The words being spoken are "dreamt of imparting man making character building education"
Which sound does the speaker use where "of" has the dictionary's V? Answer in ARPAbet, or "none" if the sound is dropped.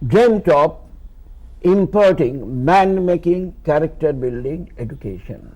P